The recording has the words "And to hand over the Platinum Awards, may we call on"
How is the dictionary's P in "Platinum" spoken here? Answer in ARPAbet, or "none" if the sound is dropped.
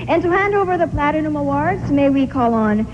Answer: P